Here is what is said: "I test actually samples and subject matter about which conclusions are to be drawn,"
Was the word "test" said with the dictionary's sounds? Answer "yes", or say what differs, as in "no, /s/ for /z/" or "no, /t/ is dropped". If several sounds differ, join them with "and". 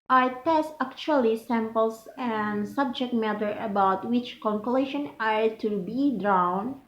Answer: yes